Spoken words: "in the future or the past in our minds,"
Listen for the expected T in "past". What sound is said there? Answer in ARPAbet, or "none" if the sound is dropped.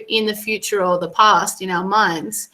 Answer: T